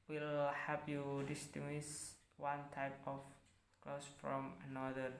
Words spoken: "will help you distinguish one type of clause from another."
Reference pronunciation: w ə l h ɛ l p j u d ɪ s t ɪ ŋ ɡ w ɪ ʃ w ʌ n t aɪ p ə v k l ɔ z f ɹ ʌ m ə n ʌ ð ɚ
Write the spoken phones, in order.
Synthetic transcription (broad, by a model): w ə l h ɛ p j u d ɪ s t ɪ ŋ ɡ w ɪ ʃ w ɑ n t aɪ p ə f k l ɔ s f ɹ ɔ m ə n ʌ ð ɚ